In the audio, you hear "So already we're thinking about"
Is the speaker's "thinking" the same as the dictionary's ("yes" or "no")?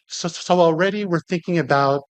yes